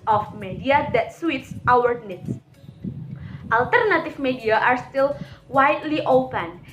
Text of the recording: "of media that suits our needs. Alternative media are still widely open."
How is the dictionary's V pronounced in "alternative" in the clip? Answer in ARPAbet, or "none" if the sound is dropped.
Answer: F